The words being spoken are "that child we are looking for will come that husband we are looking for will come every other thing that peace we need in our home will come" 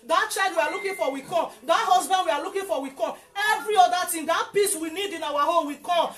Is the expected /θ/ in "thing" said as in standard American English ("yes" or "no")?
no